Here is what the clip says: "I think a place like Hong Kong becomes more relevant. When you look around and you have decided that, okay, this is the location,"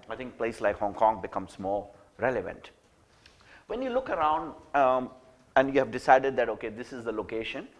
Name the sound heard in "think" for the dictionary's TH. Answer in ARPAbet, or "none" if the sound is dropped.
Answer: T